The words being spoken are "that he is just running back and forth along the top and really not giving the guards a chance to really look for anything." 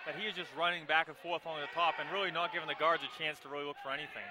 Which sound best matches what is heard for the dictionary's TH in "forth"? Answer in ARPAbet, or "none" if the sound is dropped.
TH